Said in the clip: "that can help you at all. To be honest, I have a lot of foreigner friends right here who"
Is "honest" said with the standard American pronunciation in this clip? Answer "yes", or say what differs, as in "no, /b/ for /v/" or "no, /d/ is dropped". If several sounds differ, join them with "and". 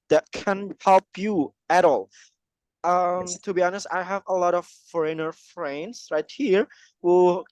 yes